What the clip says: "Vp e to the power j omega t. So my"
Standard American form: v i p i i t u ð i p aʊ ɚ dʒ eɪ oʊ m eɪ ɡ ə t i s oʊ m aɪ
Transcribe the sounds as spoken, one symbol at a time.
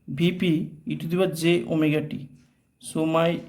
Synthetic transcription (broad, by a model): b i p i i t u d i b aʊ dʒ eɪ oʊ m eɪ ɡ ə t i s oʊ m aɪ